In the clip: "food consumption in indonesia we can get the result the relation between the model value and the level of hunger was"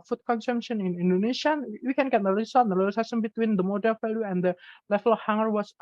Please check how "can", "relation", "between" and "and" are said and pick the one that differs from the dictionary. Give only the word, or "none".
relation